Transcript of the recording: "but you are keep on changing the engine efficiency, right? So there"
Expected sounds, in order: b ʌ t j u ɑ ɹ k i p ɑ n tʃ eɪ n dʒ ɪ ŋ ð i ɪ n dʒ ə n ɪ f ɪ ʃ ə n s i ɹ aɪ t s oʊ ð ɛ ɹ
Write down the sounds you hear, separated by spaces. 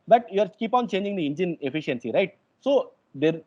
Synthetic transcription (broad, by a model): b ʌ t j u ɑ ɹ k i p ɑ n tʃ eɪ n dʒ ɪ ŋ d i ɪ n dʒ ə n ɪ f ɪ ʃ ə n s i ɹ aɪ t s oʊ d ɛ ɹ